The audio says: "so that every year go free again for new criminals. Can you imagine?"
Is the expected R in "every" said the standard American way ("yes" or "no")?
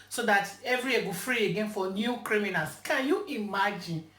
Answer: yes